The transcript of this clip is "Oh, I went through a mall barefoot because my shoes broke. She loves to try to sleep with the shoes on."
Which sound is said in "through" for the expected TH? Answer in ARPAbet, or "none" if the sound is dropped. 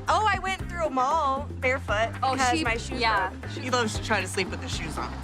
TH